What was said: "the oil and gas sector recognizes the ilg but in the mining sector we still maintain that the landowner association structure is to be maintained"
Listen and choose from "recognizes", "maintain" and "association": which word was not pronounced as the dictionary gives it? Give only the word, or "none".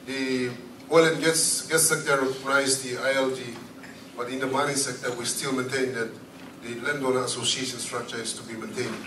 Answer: recognizes